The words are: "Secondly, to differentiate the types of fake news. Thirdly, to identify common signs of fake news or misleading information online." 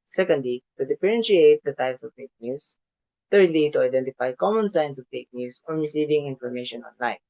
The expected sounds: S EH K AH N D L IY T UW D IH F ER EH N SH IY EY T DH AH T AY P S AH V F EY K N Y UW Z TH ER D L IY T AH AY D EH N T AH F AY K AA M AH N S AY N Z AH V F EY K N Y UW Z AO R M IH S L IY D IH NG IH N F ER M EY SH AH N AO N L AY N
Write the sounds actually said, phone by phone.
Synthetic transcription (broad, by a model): S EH K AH N D L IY T UW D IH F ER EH N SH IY EY T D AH T AY P S AH V F EY K N Y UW S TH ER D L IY T AH AY D EH N T AH F AY K AA M AH N S AY N S AH V F EY K N Y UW S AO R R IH S IY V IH NG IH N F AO M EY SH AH N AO N L AY N